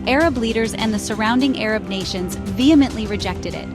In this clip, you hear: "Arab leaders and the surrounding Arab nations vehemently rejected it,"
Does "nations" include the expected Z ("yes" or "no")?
yes